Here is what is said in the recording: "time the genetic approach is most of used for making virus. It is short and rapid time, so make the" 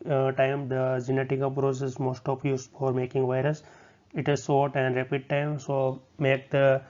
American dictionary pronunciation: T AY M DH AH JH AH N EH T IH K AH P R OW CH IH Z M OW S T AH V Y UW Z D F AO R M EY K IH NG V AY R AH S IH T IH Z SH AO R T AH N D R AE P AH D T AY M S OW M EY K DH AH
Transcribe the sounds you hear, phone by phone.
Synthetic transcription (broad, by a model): T AY M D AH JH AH N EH T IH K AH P R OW S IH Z M OW S T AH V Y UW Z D F AO R M EY K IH NG V AY R AH S IH T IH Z S AO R T AH N D R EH P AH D T AY M S OW M EY K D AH